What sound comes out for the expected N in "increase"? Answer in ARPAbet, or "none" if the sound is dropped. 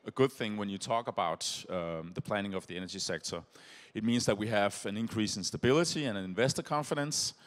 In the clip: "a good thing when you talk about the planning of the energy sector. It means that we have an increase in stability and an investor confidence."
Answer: N